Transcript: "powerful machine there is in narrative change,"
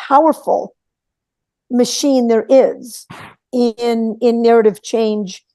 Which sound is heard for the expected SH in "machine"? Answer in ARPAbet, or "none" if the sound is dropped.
SH